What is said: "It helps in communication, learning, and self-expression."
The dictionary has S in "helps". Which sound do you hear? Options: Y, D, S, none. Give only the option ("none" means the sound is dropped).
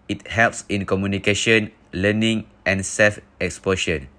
S